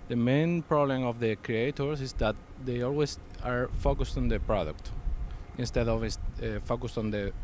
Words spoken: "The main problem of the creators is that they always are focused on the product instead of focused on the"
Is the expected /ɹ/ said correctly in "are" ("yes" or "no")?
yes